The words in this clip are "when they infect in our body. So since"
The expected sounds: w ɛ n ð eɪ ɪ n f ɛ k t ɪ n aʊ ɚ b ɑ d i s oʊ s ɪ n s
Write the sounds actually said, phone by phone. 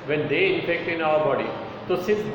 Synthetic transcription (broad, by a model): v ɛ n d eɪ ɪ f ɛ k t ɪ n aʊ ɚ b ɑ d i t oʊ s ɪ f